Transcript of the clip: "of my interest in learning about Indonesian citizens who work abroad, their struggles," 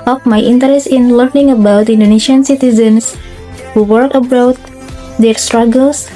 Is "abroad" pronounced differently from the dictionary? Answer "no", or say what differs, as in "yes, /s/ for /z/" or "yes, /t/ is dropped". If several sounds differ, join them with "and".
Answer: yes, /ɹ/ is dropped